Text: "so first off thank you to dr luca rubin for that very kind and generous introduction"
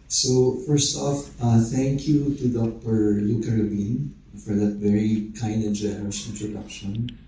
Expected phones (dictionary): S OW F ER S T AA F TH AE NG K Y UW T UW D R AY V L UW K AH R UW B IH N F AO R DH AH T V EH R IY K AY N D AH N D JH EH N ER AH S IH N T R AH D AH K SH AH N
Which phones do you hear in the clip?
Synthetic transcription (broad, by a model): S OW F ER S T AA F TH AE NG K Y UW T UW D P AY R L UW K AH R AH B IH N F AO R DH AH T V EH R IY K AY N D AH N JH EH N ER AH S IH N T R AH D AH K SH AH N